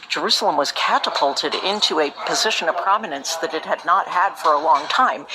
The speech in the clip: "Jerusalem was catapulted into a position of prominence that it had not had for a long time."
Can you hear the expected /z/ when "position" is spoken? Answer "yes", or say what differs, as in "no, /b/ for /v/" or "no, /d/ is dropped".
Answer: yes